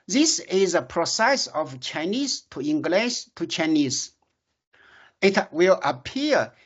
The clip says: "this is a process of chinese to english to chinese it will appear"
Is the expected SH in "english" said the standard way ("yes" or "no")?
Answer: no